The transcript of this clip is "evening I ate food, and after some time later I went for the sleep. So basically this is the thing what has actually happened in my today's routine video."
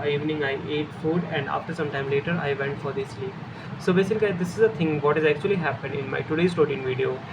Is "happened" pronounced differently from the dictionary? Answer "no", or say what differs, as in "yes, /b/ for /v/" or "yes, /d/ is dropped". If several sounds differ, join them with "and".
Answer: no